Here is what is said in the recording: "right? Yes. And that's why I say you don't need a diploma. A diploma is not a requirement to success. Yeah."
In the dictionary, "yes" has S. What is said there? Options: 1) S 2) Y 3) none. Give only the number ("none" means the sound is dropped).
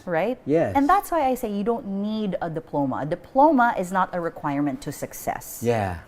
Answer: 3